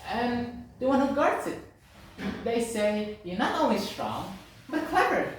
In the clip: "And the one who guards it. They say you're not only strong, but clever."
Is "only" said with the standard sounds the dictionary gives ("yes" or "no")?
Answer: no